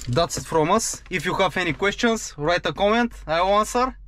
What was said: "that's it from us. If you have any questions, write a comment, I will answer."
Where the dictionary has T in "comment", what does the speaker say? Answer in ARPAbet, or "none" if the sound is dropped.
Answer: T